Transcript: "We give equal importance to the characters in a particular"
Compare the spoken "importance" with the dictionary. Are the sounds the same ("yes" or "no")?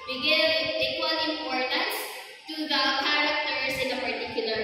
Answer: yes